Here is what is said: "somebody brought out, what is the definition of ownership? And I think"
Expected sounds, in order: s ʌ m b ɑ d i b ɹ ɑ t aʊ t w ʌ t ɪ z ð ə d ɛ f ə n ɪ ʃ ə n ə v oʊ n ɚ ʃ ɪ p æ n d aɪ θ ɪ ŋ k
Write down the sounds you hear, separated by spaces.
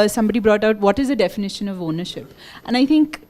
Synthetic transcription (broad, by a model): s ʌ m b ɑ d i b ɹ ɑ t aʊ t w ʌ t ɪ z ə d ɛ f ə n ɪ ʃ ə n ə v oʊ n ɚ ʃ ɪ p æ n aɪ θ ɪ ŋ k